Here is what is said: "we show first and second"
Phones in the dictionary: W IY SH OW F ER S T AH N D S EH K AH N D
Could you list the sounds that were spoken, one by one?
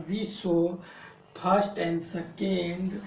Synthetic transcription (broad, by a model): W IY S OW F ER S T AH N D S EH K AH N D